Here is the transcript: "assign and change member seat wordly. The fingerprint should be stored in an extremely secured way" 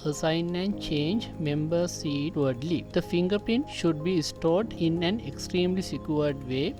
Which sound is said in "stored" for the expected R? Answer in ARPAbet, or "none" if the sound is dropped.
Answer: R